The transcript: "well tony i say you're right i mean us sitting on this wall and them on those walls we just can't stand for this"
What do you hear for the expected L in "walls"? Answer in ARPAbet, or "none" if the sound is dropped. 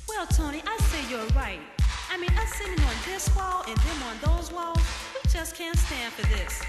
L